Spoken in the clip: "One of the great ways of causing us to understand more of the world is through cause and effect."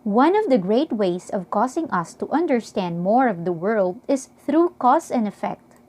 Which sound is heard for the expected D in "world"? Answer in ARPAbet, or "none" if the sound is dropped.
D